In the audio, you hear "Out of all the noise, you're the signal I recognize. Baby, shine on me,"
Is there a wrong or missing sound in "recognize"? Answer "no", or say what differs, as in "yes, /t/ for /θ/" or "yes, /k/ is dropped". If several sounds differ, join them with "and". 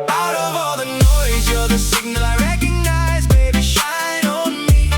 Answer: no